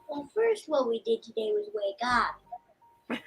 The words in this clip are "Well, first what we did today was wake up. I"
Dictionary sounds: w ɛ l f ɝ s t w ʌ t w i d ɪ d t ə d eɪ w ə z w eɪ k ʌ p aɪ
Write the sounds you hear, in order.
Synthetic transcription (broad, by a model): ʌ f ɝ s t w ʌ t w i d ɪ d t ə d eɪ w ə z w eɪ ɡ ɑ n